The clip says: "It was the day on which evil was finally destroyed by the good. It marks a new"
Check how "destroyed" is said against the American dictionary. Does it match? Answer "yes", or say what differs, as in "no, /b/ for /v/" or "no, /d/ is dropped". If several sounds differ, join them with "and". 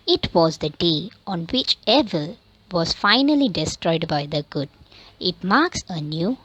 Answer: yes